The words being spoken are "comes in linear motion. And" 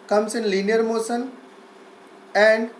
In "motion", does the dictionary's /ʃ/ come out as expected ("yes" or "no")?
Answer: no